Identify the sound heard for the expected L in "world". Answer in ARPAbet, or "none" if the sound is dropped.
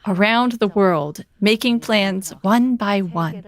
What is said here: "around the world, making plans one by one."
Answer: L